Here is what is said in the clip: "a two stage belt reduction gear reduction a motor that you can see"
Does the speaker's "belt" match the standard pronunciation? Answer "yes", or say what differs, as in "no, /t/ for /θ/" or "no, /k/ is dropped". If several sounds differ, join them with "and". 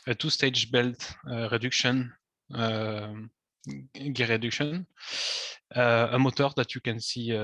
yes